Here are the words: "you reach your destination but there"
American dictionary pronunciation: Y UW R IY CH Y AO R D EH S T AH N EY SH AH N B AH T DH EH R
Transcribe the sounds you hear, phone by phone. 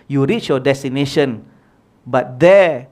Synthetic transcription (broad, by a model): Y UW R IY CH Y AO D EH S T AH N EY SH AH N B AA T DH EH